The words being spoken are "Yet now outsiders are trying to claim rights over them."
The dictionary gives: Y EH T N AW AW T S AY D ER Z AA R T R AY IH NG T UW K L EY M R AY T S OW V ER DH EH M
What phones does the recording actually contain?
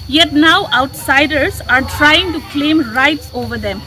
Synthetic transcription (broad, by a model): Y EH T N AW AW T S AY D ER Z AA R T R AY IH NG T UW K L EY M R AY T S OW V ER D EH M